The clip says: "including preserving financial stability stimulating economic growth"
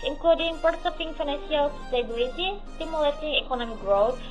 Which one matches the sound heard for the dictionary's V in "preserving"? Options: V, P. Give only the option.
P